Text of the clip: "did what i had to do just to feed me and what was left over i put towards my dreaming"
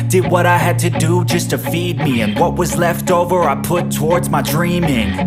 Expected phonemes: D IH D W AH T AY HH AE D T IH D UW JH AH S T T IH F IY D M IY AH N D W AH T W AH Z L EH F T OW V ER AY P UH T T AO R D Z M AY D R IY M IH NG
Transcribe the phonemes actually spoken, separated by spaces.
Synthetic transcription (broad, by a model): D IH D W AH T AY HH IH D T IH D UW JH AH S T T IH F IY D M IY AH N W AH T W AH Z L EH F T OW V ER AY P UH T T AO R D Z M AY D R IY M IH NG